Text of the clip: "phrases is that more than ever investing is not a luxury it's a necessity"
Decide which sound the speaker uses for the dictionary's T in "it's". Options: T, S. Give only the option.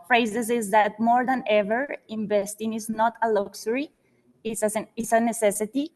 S